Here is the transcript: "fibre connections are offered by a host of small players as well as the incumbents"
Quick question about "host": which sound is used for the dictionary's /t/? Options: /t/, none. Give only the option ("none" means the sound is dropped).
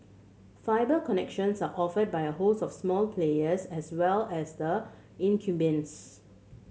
none